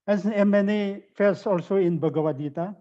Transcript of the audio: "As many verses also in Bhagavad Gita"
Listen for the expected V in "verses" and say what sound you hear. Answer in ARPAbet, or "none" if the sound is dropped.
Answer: F